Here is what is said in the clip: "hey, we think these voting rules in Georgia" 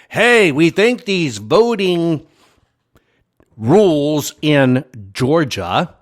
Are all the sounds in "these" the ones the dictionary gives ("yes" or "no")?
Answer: yes